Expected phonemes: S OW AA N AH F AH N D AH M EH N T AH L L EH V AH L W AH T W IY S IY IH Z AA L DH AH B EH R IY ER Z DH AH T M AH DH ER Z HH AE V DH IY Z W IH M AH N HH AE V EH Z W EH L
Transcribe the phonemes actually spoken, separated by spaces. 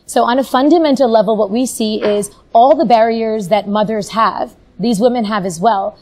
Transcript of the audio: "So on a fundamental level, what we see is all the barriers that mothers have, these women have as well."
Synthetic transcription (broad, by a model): S OW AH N AH F AH N D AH M EH N T L L EH V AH L W AH T W IY S IY IH Z AA L DH AH B EH R IY ER Z DH AH T M AH DH ER Z HH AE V DH IY Z W IH M AH N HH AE V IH Z W EH L